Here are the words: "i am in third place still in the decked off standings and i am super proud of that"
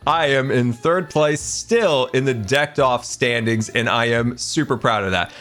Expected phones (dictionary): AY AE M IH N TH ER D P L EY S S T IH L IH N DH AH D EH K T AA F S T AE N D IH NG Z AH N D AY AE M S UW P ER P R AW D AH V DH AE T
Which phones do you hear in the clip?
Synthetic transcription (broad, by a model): AY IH M IH N TH ER D P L EY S S T IH L IH N DH AH D EH K T AA F S T AE N D IH NG Z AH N AY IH M S UW P ER P R AW D AH V DH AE T